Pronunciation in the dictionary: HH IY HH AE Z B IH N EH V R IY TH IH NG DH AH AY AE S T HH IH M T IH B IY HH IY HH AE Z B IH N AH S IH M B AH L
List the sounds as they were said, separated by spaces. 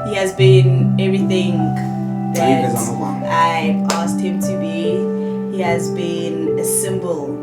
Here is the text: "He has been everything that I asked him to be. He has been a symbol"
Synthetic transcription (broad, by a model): HH IY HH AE Z B IH N EH V R IY TH IH NG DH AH AY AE S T HH IH M T IH B IY HH IY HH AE Z B IH N AH S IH M B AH L